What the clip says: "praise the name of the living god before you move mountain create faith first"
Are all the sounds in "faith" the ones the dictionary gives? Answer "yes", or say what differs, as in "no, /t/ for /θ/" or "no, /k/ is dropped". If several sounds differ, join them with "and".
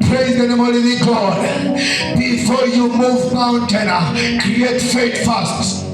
no, /t/ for /θ/